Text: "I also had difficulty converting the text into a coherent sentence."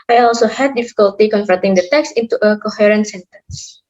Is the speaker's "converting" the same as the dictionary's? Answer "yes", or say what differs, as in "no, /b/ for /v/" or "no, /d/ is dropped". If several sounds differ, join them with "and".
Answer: no, /f/ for /v/